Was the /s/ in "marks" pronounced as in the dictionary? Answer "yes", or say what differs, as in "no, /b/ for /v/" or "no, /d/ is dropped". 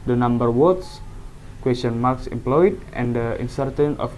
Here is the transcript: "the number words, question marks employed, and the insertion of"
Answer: yes